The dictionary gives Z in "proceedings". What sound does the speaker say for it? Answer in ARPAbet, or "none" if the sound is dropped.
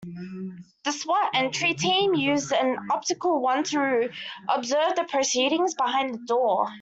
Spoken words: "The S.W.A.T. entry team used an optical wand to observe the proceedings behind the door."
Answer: Z